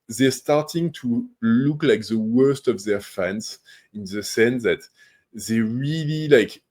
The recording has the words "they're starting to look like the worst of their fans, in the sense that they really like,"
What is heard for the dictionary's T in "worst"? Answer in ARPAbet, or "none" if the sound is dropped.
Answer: T